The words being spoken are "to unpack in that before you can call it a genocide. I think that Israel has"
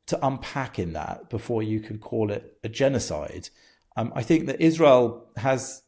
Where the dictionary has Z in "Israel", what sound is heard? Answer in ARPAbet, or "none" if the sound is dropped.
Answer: Z